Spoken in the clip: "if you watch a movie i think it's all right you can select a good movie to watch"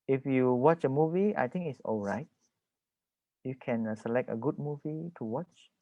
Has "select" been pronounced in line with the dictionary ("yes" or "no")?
yes